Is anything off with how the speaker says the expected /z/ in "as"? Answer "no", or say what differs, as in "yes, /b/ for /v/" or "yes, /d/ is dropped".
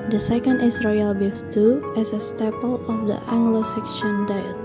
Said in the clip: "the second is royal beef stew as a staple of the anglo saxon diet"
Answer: yes, /s/ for /z/